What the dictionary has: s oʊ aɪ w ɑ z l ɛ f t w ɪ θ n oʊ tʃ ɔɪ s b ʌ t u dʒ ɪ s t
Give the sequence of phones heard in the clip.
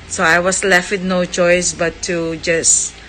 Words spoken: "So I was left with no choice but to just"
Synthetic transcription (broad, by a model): s oʊ aɪ w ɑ s l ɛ f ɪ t n oʊ tʃ ɔɪ s b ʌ t u dʒ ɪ s